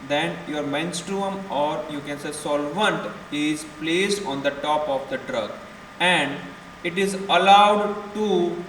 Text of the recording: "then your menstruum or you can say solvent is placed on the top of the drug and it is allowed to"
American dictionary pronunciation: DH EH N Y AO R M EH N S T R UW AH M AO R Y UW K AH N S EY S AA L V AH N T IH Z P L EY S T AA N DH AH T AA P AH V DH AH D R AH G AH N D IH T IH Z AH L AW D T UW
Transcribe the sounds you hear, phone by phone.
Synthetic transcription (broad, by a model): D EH N Y AO R M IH N S T R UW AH M AO R Y UW K AH N S EY S AA L V AH N T IH Z P L EY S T AA N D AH T AA P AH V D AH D R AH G AH N D IH T IH Z AH L AW D T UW